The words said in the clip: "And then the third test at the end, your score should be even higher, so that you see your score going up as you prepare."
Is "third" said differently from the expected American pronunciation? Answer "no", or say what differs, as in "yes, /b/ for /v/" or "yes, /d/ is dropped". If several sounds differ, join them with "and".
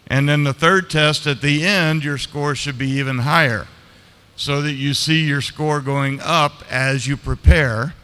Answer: no